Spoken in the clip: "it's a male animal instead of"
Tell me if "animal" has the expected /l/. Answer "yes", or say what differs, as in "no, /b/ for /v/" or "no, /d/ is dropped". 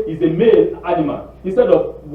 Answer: no, /n/ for /l/